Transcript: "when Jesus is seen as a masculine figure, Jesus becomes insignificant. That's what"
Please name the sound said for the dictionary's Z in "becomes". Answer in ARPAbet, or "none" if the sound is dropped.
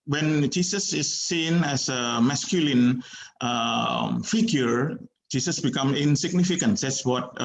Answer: none